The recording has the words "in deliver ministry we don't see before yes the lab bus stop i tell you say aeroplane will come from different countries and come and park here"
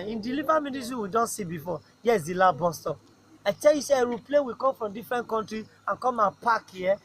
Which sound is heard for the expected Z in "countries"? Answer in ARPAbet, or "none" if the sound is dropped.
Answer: none